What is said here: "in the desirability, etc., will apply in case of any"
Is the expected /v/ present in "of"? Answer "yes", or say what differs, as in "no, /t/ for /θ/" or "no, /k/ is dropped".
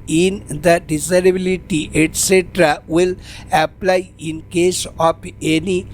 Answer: no, /p/ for /v/